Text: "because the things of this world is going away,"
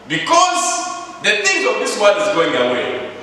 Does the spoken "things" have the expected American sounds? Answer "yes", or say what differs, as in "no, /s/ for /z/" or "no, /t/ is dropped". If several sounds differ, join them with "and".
no, /z/ is dropped